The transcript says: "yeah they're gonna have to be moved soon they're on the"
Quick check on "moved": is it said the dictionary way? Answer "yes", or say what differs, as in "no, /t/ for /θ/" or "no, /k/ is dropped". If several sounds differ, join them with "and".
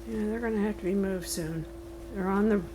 yes